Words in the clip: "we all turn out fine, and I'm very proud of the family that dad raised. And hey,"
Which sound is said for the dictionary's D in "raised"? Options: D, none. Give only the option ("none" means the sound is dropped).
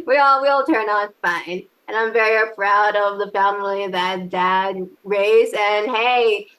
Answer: none